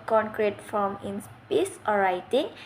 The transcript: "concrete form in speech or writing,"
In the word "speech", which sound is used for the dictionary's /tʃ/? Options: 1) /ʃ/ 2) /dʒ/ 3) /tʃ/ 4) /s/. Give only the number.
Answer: 4